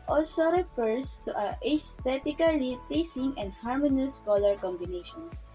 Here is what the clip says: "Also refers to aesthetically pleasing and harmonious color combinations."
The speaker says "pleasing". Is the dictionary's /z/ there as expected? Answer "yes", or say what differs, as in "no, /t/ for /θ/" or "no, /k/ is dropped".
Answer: no, /s/ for /z/